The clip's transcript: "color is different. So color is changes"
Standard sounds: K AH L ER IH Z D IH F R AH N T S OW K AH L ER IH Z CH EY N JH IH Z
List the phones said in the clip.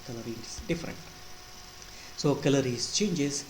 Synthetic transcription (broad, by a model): K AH L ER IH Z D IH F R AH N T S OW K AH L ER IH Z CH EY N JH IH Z